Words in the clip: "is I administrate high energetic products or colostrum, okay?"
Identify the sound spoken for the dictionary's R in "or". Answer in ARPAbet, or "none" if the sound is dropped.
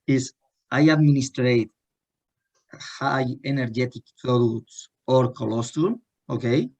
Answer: R